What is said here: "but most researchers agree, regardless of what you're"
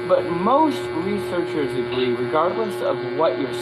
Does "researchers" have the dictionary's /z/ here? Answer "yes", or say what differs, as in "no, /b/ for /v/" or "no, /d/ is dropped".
yes